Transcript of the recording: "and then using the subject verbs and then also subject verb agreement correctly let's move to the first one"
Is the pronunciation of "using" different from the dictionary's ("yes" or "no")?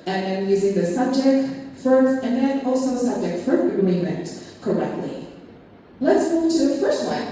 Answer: no